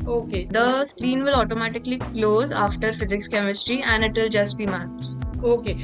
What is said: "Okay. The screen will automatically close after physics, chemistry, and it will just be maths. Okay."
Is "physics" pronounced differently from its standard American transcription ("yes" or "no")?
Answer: no